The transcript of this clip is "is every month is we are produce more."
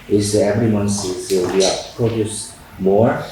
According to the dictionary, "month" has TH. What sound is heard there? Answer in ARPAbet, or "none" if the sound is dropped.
S